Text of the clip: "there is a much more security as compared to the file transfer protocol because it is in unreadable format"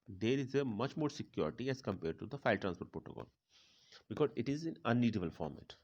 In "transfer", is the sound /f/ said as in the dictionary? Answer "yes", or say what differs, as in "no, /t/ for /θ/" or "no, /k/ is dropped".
no, /p/ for /f/